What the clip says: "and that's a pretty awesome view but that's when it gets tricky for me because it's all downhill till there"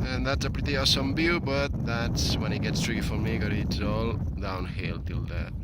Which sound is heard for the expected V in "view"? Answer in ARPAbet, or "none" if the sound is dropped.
B